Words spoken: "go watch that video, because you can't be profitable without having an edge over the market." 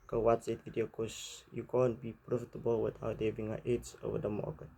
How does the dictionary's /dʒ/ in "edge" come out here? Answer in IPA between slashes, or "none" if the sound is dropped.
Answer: /z/